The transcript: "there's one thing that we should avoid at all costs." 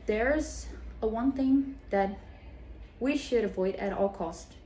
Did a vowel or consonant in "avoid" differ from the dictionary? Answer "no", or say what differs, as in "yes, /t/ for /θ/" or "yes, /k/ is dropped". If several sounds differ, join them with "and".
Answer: no